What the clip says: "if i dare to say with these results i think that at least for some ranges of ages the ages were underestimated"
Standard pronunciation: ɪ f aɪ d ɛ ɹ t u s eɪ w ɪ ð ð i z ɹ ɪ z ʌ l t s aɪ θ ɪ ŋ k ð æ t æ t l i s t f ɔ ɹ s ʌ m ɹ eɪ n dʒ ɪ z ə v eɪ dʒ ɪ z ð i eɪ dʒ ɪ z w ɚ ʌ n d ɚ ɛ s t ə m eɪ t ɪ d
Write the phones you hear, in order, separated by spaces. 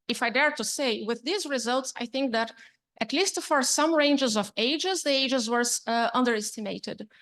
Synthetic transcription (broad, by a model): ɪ f aɪ d ɛ ɹ t u s eɪ w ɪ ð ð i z ɹ ɪ z ʌ l t s aɪ θ ɪ ŋ k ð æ t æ t l i s t f ɔ ɹ s ʌ m ɹ eɪ n dʒ ɪ z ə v eɪ dʒ ɪ z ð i eɪ dʒ ɪ z w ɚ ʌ n d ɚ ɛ s t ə m eɪ t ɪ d